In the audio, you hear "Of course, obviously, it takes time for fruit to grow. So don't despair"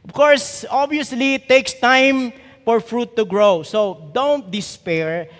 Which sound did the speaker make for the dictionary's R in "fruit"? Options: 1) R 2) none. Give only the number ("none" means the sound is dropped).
1